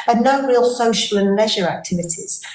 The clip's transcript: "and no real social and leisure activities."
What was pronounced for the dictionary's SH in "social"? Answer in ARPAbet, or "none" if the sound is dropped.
SH